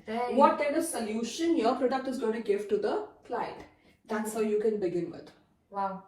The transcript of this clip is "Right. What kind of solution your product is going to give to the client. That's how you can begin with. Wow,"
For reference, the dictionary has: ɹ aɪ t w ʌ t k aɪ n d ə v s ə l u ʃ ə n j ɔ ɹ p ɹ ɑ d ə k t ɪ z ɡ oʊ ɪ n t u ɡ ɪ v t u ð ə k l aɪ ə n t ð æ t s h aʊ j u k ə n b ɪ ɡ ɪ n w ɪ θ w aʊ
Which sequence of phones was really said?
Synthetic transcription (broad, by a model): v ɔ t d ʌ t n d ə s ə l u ʃ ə n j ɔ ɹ p ɹ ɑ d ə k t ɪ z ɡ oʊ ɪ n t u ɡ ɪ v t u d ə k l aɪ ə t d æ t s h aʊ j u k ə n b ɪ ɡ ɪ n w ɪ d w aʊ